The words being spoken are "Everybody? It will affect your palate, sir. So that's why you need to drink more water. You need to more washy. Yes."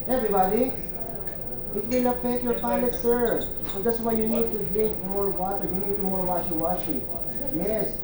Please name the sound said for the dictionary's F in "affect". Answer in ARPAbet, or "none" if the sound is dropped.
P